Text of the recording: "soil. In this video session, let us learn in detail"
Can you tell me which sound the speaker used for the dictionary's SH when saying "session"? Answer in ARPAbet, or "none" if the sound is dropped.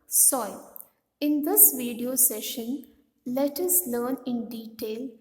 SH